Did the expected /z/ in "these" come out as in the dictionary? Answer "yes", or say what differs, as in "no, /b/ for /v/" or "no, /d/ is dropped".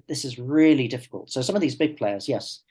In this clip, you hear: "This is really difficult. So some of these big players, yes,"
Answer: yes